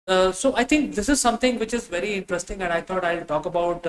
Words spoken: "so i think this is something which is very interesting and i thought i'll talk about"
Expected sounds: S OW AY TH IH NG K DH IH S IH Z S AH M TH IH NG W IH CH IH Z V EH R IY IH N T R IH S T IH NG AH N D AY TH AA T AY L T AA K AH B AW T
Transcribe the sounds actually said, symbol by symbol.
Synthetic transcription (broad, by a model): S OW AY T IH NG K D IH S IH Z S AH M T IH NG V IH CH IH Z V EH R IY IH N T R IH S T IH NG AH N D AY T AA T AY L T AA K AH B AW T